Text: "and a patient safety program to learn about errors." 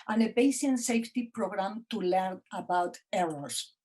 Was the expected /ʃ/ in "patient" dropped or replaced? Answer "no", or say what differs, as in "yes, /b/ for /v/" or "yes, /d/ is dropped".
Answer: yes, /s/ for /ʃ/